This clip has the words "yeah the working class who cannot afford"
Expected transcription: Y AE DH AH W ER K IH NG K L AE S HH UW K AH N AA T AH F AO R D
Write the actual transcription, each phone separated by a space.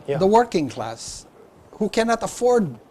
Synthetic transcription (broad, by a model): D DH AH W ER K IH NG K L AE S HH UW K AH N AA T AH F AO R D